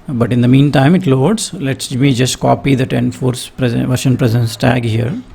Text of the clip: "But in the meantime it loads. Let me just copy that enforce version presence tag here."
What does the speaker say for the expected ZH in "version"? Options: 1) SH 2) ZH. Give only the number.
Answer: 1